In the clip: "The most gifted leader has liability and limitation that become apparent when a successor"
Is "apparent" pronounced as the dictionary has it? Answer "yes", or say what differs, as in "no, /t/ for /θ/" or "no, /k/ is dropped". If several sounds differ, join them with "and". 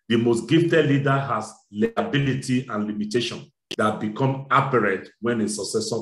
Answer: no, /n/ is dropped